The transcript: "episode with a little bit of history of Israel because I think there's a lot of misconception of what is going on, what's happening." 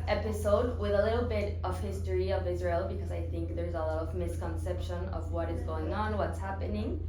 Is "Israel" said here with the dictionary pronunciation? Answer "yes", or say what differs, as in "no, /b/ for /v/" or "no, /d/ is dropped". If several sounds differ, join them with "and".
yes